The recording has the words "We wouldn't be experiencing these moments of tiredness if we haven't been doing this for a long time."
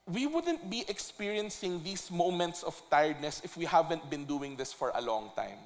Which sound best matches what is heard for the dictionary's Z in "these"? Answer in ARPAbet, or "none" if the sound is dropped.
S